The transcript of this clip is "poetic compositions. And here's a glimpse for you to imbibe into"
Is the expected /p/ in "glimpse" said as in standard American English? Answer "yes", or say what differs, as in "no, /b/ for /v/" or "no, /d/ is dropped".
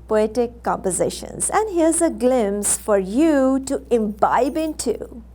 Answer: no, /p/ is dropped